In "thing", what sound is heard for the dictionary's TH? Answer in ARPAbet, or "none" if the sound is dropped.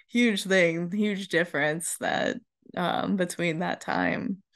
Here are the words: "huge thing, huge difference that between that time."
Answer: TH